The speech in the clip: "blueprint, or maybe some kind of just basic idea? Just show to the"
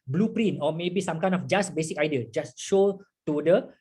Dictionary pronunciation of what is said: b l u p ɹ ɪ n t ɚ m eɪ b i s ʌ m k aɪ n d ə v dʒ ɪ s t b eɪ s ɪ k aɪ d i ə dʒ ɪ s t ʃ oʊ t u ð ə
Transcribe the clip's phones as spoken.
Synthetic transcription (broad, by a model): b l u p ɹ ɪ n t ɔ m eɪ b i s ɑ m k aɪ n ə f dʒ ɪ s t b eɪ s ɪ k aɪ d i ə dʒ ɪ s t ʃ oʊ t u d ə